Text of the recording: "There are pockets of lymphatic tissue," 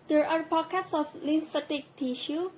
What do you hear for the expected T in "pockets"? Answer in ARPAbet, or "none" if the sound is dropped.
S